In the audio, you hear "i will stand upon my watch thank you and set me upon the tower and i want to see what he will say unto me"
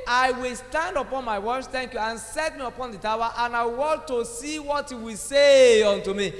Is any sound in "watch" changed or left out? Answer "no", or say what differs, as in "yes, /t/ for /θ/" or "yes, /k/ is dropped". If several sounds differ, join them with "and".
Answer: yes, /s/ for /tʃ/